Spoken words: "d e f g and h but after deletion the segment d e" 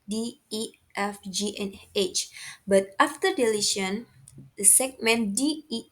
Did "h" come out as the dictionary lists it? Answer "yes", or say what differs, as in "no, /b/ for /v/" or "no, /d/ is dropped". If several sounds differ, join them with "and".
yes